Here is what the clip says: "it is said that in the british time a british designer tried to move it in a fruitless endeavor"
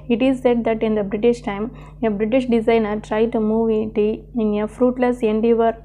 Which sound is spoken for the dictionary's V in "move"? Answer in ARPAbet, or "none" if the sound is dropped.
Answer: V